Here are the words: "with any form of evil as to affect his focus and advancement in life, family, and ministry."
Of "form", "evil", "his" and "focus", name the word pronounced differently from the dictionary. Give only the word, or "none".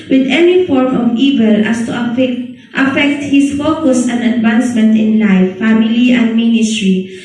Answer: his